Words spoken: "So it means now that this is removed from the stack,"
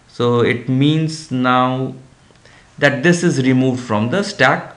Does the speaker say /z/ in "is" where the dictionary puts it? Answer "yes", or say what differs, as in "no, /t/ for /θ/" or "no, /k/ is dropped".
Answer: yes